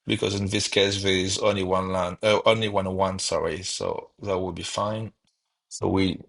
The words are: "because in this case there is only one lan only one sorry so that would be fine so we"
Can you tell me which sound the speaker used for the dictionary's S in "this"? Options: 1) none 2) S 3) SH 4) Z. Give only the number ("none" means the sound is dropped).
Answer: 2